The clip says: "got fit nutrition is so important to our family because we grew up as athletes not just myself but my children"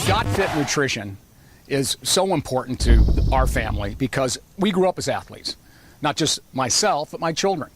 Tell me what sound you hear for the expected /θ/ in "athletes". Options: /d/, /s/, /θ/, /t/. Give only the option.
/θ/